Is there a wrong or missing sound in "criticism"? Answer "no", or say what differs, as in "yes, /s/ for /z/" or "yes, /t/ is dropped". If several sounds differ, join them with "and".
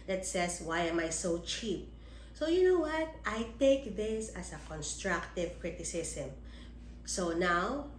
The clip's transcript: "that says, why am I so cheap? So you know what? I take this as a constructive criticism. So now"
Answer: yes, /s/ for /z/